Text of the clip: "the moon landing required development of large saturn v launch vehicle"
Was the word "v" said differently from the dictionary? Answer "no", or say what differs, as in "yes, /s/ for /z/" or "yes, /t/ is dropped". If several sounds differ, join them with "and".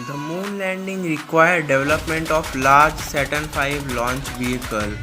yes, /f/ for /v/